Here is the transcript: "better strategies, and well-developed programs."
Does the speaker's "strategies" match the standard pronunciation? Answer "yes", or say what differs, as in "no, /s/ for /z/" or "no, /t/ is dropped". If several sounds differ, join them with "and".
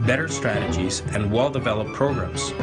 yes